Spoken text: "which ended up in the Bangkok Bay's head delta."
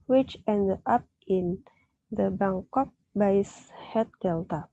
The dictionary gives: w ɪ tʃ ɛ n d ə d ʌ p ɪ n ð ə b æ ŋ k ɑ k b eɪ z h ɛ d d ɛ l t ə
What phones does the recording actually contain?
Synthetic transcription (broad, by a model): w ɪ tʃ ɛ n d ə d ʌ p ɪ n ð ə b æ ŋ k ɑ k b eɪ s h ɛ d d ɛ l t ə